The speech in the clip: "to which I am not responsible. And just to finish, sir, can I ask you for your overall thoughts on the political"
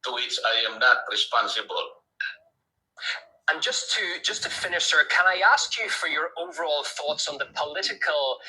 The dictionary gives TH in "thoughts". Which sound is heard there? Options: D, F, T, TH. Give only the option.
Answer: TH